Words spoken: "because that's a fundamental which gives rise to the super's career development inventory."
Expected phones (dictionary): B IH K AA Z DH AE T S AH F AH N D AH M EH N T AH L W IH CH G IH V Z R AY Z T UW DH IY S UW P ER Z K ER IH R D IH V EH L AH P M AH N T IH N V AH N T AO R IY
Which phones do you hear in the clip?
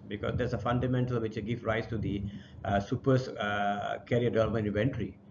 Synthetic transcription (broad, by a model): B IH K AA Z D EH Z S AH F AH N D AH M EH N T AH L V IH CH G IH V R AY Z T UW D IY S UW P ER S K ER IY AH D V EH L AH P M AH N IH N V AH N T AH R IY